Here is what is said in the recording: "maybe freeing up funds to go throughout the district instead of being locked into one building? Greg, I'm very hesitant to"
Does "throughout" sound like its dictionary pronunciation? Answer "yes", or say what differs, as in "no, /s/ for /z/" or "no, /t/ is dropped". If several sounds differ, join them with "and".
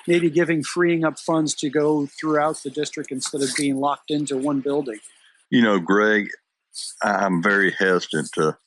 yes